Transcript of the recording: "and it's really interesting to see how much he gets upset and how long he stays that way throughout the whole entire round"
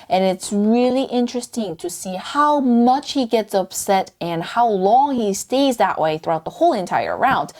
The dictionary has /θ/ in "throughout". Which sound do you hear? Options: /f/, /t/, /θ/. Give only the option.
/θ/